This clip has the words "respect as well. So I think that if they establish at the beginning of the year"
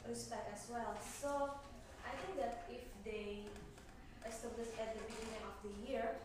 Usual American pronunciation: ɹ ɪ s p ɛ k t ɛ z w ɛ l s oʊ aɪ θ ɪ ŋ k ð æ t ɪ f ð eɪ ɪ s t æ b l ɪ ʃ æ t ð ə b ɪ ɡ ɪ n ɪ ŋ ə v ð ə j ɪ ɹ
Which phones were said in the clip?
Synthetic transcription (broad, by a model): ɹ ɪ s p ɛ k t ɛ s w ɛ l s oʊ aɪ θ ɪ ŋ k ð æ t ɪ f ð eɪ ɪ s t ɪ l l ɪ s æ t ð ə b ɪ ɡ ɪ n ɪ ŋ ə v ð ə j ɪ ɹ